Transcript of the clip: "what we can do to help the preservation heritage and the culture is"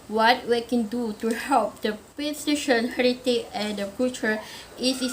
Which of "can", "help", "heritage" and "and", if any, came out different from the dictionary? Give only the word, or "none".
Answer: heritage